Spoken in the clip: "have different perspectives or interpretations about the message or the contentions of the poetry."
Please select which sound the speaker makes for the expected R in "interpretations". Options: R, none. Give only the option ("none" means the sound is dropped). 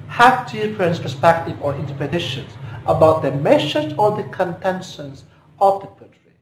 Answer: none